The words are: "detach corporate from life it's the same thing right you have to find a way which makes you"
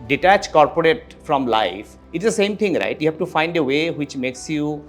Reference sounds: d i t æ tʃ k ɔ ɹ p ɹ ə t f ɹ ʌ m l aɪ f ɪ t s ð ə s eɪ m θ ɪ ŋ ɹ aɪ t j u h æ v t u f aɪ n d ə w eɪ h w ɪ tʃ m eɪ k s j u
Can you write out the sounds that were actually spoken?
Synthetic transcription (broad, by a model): d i t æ tʃ k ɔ ɹ p ɹ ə t f ɹ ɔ m l aɪ f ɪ t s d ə s eɪ m t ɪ ŋ ɹ aɪ t j u h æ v t u f aɪ n d ə w eɪ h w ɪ tʃ m eɪ k s j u